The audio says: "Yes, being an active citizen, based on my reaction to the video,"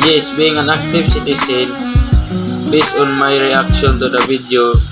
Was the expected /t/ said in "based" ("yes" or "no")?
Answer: no